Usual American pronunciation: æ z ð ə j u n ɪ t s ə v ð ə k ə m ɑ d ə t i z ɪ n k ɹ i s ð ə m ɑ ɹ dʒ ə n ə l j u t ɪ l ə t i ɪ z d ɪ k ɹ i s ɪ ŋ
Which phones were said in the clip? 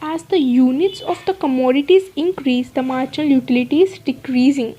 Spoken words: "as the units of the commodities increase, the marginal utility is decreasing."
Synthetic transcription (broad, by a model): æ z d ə j u n ɪ t s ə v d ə k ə m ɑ d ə t i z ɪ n k ɹ i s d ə m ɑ ɹ tʃ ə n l j u t ɪ l ə t i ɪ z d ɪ k ɹ i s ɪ ŋ